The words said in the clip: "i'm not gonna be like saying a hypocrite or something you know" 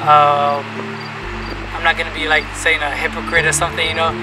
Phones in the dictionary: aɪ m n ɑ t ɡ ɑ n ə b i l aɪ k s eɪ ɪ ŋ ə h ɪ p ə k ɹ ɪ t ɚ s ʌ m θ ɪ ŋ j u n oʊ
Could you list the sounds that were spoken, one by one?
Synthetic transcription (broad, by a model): aɪ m n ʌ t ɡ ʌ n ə b i l aɪ k s eɪ ɪ ŋ ə h ɪ p ə k ɹ ɪ t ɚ s ʌ m θ ɪ ŋ j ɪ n oʊ